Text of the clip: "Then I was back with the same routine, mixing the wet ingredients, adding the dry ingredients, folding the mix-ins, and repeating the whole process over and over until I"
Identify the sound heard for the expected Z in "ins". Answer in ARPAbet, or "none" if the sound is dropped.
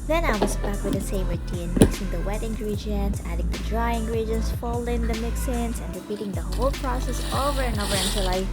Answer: S